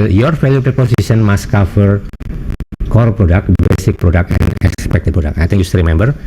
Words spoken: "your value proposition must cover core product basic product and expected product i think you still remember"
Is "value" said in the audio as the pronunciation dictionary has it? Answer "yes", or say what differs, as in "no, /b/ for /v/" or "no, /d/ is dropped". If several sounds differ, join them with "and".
no, /f/ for /v/